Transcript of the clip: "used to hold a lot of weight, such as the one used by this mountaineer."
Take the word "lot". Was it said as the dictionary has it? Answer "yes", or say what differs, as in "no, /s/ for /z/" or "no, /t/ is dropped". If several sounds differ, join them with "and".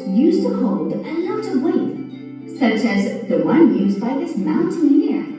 no, /n/ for /l/